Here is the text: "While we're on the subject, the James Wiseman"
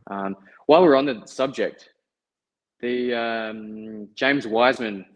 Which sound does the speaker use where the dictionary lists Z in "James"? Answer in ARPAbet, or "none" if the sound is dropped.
Z